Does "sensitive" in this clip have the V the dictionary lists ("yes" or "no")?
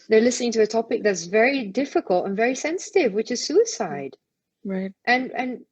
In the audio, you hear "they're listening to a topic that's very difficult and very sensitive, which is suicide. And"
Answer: yes